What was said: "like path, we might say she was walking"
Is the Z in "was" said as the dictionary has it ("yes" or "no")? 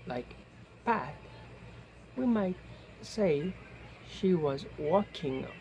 yes